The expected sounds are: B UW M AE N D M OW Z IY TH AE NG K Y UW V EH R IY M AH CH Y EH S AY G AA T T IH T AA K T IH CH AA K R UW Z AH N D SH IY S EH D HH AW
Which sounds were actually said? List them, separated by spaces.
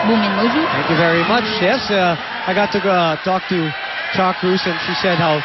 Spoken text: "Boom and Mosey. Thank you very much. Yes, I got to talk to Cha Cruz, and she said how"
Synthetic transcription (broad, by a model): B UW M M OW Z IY TH AE NG K Y UW V EH R IY M AH CH Y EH S AY G AA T T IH T AA K T IH CH AA K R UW S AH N SH IY S EH D HH AW